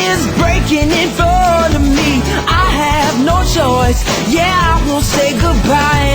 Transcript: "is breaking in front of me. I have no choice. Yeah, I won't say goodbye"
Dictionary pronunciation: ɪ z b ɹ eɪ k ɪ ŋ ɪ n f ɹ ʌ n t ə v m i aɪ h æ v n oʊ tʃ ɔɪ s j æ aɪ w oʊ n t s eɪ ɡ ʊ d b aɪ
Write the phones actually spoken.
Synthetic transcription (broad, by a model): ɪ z b ɹ eɪ k ɪ ŋ ɪ n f ʌ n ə m i aɪ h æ v n oʊ tʃ ɔɪ s j æ aɪ w oʊ n t s eɪ ɡ ʊ d b aɪ